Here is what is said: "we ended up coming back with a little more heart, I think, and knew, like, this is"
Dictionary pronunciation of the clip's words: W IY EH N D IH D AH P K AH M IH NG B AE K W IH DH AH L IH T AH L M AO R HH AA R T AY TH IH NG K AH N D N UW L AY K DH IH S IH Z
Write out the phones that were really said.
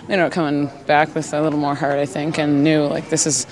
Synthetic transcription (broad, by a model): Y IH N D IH UH K AH M IH NG B AE K W IH DH AH L IH T L M AO R HH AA R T AY TH IH NG K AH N N UW L AY K DH IH S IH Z